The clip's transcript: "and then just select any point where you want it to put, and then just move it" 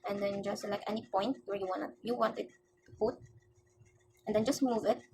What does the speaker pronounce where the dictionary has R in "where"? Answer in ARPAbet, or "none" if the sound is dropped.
W